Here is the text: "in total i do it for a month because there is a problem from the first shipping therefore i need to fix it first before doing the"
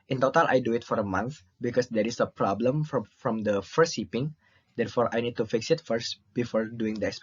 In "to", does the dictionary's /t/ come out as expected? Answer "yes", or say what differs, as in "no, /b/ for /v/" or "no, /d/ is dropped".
yes